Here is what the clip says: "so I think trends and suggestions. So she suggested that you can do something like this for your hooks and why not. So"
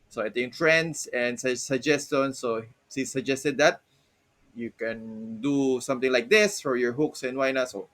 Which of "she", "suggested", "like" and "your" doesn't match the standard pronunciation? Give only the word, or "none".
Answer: she